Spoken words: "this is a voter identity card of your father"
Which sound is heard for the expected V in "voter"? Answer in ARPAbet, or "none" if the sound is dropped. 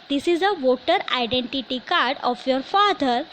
V